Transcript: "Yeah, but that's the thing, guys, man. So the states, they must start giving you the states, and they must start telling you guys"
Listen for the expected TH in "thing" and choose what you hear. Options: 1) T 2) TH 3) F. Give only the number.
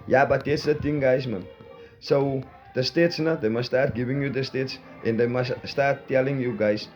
1